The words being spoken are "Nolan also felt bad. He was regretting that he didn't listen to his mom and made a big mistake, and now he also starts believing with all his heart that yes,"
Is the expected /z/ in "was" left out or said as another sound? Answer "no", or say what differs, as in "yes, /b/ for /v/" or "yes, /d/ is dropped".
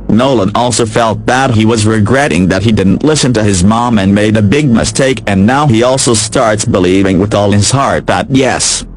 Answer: no